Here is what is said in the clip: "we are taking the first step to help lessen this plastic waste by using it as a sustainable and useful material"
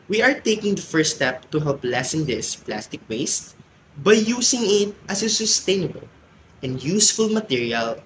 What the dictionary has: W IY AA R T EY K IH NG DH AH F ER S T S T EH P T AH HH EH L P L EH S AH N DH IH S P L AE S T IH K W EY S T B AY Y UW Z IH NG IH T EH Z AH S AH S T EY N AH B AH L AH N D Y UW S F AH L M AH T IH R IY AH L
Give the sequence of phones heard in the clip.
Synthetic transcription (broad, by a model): W IY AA R T EY K IH NG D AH F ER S S T EH P T AH HH EH L P L EH S AH N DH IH S P L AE S T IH K W EY S T B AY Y UW S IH NG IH T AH S AH S AH S T EY N AH B AH L AH N D Y UW S F AH L M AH T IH R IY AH L